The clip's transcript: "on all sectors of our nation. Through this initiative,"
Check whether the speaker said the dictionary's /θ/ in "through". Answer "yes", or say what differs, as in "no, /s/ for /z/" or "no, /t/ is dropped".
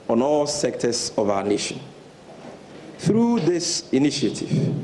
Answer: yes